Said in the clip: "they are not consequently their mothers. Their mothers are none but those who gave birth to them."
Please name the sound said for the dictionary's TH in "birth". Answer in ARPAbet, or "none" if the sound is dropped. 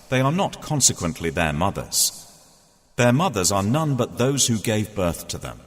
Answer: TH